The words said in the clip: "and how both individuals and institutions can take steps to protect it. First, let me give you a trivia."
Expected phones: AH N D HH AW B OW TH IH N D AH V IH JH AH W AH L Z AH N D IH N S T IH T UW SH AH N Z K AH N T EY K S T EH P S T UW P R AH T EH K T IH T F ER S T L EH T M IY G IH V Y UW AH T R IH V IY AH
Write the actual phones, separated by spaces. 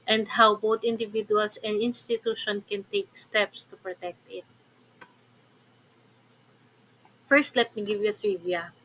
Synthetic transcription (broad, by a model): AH N D HH AW B OW T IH N D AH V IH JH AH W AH L S AH N D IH N S T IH T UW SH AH N K AH N T EY K S T EH P S T UW P R AH T EH K T IH T F ER S T L EH T M IY G IH V Y UW AH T R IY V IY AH